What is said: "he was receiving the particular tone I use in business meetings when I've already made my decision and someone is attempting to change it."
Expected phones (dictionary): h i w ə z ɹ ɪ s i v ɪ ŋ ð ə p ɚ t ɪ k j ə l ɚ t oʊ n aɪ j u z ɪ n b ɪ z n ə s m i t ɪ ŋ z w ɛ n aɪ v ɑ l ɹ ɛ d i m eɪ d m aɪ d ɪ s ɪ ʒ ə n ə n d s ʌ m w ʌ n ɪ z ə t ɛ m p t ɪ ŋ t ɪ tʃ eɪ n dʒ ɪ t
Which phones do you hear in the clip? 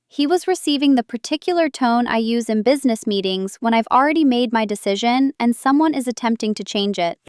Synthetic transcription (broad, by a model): h i w ə z ɹ ɪ s i v ɪ ŋ ð ə p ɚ t ɪ k j l ɚ t oʊ n aɪ j u z ɪ n b ɪ z n ə s m i t ɪ ŋ z w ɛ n aɪ v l ɹ ɛ d i m eɪ d m aɪ d ɪ s ɪ ʒ ə n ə n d s ʌ m w ʌ n ɪ z ə t ɛ m p t ɪ ŋ t ɪ tʃ eɪ n dʒ ɪ t